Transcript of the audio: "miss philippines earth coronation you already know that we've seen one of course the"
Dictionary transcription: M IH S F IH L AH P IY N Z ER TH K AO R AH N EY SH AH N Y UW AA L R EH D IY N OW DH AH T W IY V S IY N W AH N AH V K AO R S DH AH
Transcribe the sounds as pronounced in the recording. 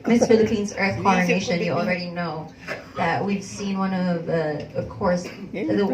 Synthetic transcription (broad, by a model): M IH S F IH L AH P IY N Z ER TH K AO R AH N EY SH AH N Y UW AA L R EH D IY N OW DH AH T W IY V S IY N W AH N AH V K AO R S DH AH